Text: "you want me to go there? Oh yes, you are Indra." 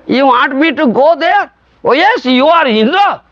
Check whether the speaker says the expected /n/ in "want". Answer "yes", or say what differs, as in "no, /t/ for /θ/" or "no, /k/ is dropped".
no, /n/ is dropped